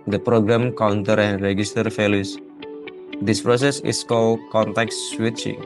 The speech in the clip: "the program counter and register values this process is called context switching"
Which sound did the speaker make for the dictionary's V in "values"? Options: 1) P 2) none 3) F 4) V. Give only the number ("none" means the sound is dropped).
3